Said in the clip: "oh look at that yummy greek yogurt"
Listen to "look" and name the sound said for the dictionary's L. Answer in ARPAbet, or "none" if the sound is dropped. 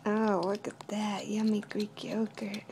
W